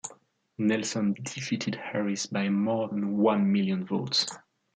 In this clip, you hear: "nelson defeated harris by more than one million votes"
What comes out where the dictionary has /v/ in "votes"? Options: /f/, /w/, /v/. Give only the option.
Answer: /v/